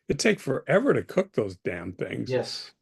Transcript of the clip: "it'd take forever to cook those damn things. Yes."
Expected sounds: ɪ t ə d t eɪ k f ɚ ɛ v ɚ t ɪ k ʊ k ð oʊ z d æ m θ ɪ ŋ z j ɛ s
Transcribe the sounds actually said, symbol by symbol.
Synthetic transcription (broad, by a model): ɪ t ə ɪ k f ɚ ɛ v ɚ t ɪ k ʊ k ð oʊ z d æ m θ ɪ ŋ z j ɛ s